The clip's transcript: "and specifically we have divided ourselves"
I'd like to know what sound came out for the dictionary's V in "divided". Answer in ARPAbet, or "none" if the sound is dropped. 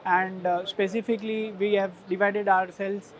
V